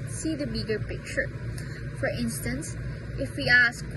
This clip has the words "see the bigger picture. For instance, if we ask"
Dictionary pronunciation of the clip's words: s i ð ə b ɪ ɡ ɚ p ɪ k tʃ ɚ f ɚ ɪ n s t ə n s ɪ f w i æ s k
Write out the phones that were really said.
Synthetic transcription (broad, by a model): s i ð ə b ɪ ɡ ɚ p ɪ k tʃ ɚ f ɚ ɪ n s t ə n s ɪ f w i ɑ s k